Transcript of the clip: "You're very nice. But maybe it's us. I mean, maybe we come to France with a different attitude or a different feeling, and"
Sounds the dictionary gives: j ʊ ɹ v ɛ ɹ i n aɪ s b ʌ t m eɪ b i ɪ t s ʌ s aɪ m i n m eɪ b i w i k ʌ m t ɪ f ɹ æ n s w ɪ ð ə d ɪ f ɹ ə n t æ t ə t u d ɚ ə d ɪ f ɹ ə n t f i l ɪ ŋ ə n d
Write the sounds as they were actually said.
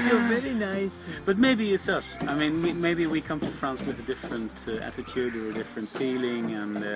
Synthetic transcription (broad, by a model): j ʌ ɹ v ɛ ɹ i n aɪ s b ʌ t m eɪ b i ɪ t s ʌ s aɪ m i n m eɪ b i w i k ʌ m t ɪ f ɹ æ n s w ɪ ð ə d ɪ f ɹ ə n t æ t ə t u d ɚ ə d ɪ f ɹ ə n t f i l ɪ ŋ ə n